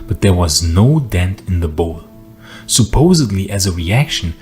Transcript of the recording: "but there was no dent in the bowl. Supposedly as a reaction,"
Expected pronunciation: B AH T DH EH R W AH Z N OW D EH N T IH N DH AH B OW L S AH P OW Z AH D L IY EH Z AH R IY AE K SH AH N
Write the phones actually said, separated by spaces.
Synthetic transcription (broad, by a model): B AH T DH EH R W AH Z N OW D EH N T IH N DH AH B OW L S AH P OW Z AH D L IY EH Z AH R IY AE K SH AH N